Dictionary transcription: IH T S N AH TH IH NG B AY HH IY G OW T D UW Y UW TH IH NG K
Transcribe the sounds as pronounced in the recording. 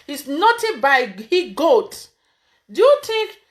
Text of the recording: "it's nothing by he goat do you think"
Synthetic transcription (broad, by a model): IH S N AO T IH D B AY HH IY G OW T D UW Y UW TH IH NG K